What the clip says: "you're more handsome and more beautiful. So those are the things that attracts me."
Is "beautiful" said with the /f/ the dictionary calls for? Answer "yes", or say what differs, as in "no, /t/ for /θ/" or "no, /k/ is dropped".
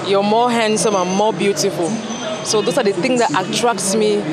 yes